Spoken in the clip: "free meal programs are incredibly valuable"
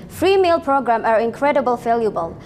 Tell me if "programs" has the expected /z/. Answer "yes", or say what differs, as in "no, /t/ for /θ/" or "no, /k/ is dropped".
no, /z/ is dropped